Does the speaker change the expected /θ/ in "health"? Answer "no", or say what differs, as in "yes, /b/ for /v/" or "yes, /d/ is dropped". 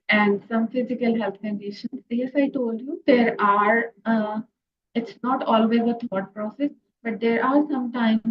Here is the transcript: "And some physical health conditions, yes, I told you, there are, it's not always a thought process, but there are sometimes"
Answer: yes, /t/ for /θ/